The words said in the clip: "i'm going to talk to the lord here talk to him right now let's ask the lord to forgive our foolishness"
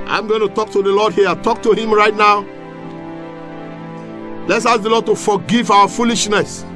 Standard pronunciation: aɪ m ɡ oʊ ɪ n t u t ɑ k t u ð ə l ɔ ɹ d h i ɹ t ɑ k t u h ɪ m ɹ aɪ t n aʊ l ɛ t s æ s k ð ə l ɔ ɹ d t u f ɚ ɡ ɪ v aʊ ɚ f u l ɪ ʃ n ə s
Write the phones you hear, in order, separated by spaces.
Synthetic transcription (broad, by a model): aɪ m ɡ oʊ ɪ n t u t ɑ k t u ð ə l ɔ d h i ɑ t ɑ k t u h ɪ m ɹ aɪ t n aʊ l ɛ t s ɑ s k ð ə l ɔ d t u f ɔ ɡ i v aʊ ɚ f u l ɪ ʃ n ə s